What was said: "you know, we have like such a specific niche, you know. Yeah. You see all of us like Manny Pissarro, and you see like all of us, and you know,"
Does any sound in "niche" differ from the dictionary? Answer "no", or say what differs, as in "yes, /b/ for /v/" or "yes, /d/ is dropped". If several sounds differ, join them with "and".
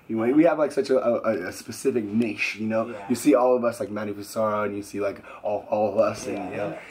yes, /ʃ/ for /tʃ/